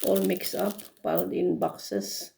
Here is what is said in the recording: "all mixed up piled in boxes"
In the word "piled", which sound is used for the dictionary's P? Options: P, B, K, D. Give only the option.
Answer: B